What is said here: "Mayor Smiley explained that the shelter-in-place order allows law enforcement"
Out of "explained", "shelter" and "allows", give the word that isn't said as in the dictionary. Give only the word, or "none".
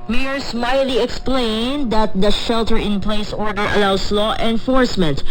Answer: allows